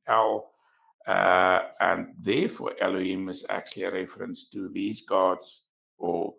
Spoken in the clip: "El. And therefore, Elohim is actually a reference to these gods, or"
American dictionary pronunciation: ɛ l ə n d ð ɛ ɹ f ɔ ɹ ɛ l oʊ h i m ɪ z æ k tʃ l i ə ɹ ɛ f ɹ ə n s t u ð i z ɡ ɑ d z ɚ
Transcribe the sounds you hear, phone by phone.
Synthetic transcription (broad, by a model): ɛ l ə n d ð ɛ f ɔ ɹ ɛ l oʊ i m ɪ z æ k tʃ l i ə ɹ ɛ f ɹ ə n s t u ð i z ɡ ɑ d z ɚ